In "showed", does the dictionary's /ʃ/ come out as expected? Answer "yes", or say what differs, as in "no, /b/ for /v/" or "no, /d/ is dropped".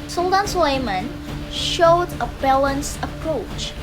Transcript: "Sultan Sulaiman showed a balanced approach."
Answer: yes